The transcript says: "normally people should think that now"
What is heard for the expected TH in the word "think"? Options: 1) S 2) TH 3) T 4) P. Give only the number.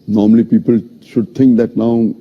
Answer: 3